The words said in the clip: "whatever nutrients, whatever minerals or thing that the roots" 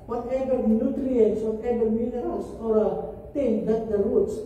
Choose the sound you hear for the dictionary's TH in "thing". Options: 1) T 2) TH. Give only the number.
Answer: 1